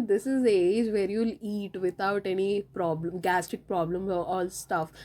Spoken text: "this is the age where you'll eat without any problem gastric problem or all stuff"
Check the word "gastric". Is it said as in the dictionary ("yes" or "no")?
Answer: no